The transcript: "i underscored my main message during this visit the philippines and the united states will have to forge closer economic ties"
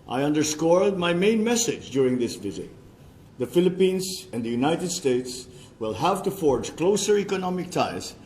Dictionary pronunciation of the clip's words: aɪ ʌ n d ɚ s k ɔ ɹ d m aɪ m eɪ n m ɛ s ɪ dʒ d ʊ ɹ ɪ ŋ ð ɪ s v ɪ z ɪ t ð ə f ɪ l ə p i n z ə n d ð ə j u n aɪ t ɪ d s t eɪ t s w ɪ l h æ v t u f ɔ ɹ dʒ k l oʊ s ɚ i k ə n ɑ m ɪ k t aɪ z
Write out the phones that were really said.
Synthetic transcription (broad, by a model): aɪ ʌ n d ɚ s k ɔ l d m aɪ m eɪ n m ɛ s ɪ dʒ d ʊ ɹ ɪ ŋ ð ɪ s v ɪ z ɪ t ð ə f ɪ l ə p i n z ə n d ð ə j u n aɪ t ɪ d s t eɪ t s w ɪ l h æ v t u f ɔ ɹ dʒ k l oʊ s ɚ i k ə n ɑ m ɪ k t aɪ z